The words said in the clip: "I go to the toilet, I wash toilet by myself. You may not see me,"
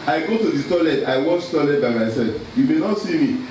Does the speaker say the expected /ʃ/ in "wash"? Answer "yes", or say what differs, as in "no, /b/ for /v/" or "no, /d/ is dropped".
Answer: no, /s/ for /ʃ/